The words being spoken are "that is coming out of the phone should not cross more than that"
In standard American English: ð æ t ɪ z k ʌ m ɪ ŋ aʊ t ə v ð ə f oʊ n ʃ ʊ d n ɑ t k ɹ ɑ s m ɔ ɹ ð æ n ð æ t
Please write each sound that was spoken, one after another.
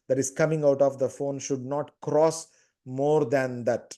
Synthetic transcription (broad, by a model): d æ t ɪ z k ʌ m ɪ ŋ aʊ t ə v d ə f oʊ n ʃ ʊ d n ɑ t k ɹ ɑ s m ɔ ɹ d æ n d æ t